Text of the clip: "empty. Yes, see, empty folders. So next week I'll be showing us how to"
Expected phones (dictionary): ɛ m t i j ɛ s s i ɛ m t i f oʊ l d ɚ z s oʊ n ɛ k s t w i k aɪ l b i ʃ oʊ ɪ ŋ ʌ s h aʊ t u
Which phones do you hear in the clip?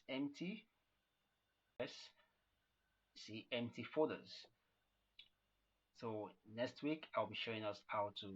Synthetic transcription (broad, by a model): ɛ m t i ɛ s s i ɛ m t i f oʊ d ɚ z s oʊ n ɛ k s t w i k aɪ l b i ʃ oʊ ɪ ŋ ʌ s h aʊ t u